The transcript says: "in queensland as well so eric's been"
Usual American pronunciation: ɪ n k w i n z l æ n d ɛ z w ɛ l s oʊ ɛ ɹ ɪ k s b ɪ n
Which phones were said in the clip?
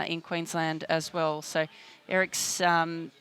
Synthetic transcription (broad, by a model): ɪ n k w i n z l æ n d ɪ z w ɛ l s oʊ ɛ ɹ ɪ k s